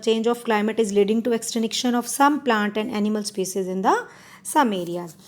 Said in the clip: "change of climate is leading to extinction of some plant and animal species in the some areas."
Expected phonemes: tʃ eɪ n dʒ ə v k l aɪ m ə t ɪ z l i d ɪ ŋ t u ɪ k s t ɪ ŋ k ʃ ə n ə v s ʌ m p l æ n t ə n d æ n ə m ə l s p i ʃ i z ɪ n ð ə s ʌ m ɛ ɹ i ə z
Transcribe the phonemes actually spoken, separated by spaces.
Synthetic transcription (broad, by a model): tʃ eɪ n dʒ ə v k l aɪ m ə t ɪ z l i d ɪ ŋ t u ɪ k s t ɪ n k ʃ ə n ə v s ʌ m p l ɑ n t ə n d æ n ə m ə l s p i s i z ɪ n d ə s ʌ m ɛ ɹ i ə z